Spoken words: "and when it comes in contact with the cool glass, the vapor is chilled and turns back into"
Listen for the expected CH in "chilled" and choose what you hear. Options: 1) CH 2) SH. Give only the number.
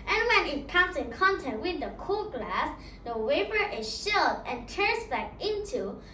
2